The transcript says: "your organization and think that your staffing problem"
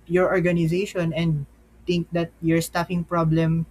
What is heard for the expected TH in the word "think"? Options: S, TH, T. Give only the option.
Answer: T